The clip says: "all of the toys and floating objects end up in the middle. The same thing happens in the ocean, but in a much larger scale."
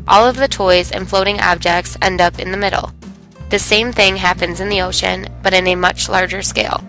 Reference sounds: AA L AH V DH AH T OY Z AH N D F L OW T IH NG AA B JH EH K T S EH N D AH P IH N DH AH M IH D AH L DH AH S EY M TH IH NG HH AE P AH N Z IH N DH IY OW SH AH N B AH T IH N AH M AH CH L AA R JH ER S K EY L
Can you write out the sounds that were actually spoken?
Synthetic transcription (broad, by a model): AA L AH V DH AH T OY Z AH N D F L OW T IH NG AA B JH EH K T S EH N D AH P IH N DH AH M IH D L DH AH S EY M TH IH NG HH AE P AH N Z IH N DH IY OW SH AH N B AH T IH N AH M AH CH L AA R JH ER S K EY L